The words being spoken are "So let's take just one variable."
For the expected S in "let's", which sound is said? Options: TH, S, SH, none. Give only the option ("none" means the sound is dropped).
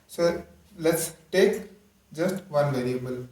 S